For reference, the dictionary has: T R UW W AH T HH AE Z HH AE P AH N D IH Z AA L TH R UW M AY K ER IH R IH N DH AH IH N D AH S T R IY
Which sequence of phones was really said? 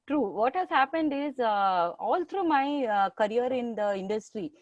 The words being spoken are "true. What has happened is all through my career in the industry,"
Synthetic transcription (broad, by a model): T R UW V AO T HH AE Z HH AE P AH N D IH Z AA L T R UW M AY K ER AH R IH N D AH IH N D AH S T R IY